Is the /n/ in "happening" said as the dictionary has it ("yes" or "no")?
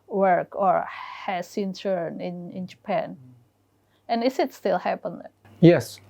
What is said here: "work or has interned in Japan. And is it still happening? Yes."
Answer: no